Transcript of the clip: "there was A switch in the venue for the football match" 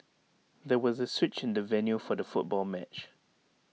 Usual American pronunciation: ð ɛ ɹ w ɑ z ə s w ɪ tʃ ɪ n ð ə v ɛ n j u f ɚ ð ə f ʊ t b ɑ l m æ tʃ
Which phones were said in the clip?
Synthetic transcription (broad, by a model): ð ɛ w ɑ z ə s w ɪ tʃ ɪ n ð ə v ɛ n j u f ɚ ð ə f ʊ t b ɑ l m æ tʃ